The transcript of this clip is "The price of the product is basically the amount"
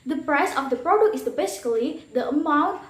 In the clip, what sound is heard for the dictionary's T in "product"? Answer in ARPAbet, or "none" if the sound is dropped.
none